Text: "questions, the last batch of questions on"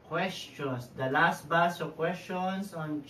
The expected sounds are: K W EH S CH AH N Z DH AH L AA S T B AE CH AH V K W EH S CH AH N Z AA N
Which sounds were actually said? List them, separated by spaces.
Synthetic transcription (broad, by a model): K W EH S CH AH N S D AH L AA S T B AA S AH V K W EH S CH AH N S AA N